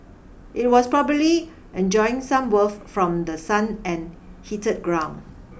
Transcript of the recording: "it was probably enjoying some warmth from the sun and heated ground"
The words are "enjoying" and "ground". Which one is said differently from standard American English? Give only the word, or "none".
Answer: ground